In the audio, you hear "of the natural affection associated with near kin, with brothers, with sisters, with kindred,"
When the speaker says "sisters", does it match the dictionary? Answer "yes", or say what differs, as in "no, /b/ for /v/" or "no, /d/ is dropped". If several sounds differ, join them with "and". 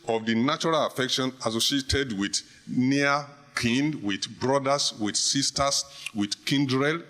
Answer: no, /s/ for /z/